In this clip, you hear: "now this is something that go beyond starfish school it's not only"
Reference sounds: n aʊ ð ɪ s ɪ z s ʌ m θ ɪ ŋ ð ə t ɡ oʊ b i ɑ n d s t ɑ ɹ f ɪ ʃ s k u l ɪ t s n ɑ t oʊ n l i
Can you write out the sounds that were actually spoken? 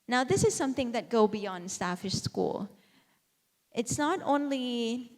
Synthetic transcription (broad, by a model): n aʊ ð ɪ s ɪ z s ʌ m θ ɪ ŋ ð ə t ɡ oʊ b i ɑ n d s t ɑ f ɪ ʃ s k u l ɪ t s n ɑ t oʊ n l i